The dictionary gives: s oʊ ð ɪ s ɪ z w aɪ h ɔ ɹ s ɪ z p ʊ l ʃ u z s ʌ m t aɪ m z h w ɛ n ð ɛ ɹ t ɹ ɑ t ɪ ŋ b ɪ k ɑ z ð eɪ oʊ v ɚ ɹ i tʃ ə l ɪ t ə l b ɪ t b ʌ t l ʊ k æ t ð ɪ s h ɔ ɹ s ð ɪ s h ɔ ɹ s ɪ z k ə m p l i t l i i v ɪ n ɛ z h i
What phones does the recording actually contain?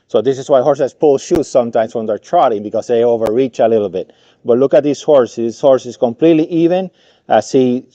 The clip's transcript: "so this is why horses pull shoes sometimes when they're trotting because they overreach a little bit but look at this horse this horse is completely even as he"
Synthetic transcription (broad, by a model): s oʊ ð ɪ s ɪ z w aɪ h ɔ ɹ s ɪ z p ʊ l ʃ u s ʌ m t aɪ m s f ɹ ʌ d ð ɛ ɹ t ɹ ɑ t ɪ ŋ b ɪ k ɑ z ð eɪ oʊ v ɚ ɹ i tʃ ə l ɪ t l b ɪ t b ʌ t l ʊ k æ t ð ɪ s h ɔ ɹ s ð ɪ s h ɔ ɹ s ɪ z k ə m p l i t l i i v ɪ n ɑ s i